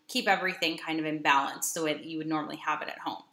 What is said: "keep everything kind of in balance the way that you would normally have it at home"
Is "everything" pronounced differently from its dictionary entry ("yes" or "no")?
no